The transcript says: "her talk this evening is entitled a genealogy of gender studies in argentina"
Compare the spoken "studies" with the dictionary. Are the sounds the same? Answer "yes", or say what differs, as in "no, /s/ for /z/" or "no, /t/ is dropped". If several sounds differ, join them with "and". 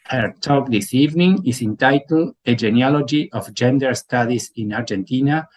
no, /s/ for /z/